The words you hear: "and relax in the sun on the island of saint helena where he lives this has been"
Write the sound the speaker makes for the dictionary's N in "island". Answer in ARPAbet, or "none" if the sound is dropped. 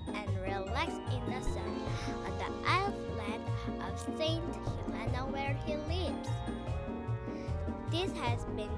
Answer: none